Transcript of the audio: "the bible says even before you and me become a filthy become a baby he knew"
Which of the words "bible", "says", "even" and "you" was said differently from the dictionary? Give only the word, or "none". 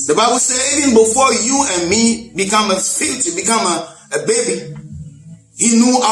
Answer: says